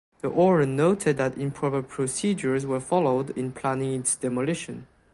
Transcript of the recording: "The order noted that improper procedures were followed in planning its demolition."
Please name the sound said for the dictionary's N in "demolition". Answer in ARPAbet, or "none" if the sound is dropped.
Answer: N